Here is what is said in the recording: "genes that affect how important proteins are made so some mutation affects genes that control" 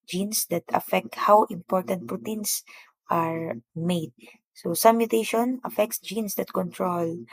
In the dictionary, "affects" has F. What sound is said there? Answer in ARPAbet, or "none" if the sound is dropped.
F